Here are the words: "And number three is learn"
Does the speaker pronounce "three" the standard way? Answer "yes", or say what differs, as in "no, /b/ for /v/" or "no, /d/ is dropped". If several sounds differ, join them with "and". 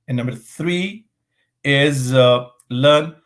yes